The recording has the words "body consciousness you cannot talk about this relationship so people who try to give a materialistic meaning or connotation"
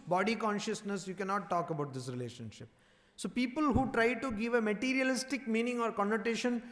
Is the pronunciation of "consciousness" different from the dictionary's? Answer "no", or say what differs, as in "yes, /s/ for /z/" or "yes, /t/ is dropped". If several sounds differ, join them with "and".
no